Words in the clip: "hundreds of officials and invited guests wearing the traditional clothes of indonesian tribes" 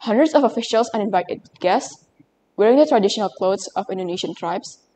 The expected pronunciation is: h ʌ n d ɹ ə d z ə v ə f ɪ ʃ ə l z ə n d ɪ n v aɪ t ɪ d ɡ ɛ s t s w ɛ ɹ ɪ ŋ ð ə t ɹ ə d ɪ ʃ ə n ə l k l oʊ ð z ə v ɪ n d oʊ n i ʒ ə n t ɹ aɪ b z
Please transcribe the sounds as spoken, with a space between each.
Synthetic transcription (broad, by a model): h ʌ n d ɹ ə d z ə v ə f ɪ ʃ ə l s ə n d ɪ n v aɪ t ɪ d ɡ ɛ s s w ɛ ɹ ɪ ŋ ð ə t ɹ ə d ɪ ʃ ə n ə l k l oʊ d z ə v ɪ n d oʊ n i ʃ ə n t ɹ aɪ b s